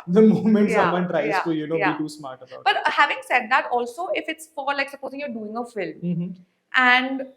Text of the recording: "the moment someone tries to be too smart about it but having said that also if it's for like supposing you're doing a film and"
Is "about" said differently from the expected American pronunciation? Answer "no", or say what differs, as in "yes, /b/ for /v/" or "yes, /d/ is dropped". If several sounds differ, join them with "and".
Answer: yes, /t/ is dropped